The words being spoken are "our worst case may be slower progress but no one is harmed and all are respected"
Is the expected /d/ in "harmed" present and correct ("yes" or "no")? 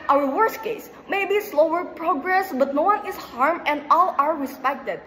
no